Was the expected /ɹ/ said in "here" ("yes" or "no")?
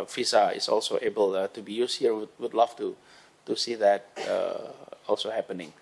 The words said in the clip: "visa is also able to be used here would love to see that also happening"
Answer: no